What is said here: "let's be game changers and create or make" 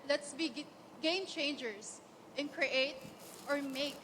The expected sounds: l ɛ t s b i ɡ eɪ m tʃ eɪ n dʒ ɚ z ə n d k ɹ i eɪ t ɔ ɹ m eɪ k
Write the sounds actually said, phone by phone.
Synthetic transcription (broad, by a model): l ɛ t s b i ɡ eɪ m tʃ eɪ n dʒ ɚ s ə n k ɹ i eɪ t ɔ ɹ m eɪ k